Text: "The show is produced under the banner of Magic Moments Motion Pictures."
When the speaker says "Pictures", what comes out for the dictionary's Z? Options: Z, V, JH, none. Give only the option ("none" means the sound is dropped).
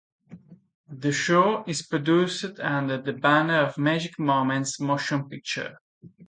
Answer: none